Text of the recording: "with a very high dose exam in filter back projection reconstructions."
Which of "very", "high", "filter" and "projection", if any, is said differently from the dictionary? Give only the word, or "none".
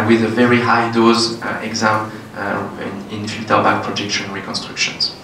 filter